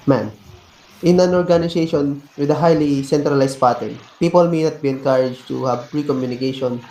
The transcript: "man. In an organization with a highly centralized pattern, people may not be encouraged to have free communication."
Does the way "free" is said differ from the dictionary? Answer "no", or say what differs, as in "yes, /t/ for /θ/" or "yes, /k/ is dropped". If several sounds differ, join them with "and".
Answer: yes, /p/ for /f/